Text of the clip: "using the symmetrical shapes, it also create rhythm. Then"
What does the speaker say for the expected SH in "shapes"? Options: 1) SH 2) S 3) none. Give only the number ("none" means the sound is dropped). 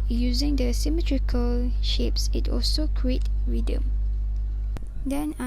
1